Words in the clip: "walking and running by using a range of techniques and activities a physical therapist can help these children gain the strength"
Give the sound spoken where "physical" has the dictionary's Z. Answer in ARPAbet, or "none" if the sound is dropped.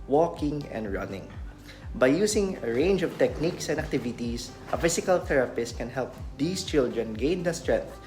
S